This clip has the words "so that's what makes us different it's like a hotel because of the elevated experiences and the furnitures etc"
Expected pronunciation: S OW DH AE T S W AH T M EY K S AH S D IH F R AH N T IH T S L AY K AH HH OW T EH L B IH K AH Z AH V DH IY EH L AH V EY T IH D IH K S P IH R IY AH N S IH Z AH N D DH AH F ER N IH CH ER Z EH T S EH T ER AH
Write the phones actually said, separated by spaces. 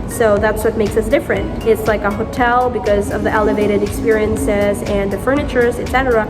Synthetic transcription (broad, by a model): S OW DH AE T S W AH T M EY K S AH S D IH F R AH N T IH T S L AY K AH HH OW T EH L B IH K AH Z AH V DH IY EH L AH V EY T IH D IH K S P IH R IY AH N S IH Z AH N DH AH F ER N IH CH ER Z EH T S EH T ER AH